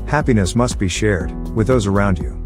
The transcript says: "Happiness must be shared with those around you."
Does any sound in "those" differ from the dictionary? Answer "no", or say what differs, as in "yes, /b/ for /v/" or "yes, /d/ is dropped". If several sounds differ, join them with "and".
no